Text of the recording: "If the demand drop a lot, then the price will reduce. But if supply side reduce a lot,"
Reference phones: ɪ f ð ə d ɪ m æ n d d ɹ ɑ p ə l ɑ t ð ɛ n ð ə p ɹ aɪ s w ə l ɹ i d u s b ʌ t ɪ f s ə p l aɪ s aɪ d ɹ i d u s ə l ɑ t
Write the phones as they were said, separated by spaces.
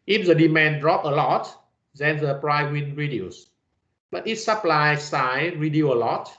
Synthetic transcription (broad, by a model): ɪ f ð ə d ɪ m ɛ n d d ɹ ɑ p ə l ɑ t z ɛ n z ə p ɹ aɪ w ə n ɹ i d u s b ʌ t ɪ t s ə p l aɪ s aɪ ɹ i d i ə l ɑ t